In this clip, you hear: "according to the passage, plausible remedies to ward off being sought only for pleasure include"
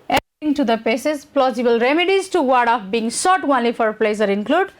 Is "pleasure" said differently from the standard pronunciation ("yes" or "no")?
yes